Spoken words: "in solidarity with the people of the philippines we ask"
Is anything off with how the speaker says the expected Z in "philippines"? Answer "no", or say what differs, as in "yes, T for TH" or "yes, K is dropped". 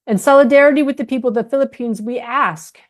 no